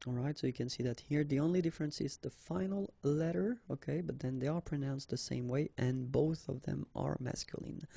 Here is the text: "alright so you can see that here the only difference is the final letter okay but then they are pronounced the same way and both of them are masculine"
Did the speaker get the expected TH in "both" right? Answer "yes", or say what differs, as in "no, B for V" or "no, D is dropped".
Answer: yes